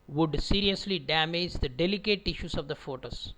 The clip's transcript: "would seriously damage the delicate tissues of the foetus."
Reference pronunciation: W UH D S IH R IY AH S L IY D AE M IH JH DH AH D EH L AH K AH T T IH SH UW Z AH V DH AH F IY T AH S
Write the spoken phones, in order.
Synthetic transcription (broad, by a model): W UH D S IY R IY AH S L IY D AE M IH JH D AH D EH L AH K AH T T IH SH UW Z AH V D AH F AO T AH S